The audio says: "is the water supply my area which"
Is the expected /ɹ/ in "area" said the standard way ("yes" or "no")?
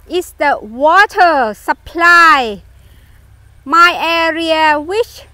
yes